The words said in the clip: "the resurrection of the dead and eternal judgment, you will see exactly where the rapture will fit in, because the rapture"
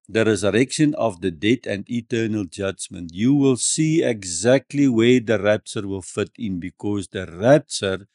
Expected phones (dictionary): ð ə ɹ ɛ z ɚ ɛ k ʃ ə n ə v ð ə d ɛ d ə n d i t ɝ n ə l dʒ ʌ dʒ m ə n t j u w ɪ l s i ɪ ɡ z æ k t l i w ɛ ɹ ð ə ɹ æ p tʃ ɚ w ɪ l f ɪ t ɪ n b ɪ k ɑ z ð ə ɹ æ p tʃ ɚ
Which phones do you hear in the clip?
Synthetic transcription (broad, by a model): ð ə ɹ ɛ z ɚ ɛ k ʃ ə n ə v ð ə d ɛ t ə n d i t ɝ n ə l dʒ ʌ dʒ m ə n t j u w ɪ l s i ɪ ɡ z æ k t l i w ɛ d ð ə ɹ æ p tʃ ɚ w ɪ l f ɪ t ɪ n b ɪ k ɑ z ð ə ɹ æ p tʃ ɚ